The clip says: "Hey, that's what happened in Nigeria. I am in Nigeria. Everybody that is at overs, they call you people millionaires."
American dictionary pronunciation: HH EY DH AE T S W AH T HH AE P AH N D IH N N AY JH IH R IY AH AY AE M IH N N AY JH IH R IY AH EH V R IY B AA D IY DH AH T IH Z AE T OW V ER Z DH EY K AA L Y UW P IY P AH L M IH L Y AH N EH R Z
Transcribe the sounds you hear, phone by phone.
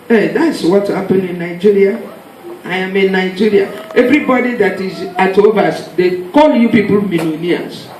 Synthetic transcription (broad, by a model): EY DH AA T S W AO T HH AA P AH N IH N N AY JH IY R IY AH AY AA M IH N N AY JH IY R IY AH EH V R IY B AA D IY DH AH T IH Z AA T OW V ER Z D EY K AA L Y UW P IY P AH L M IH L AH N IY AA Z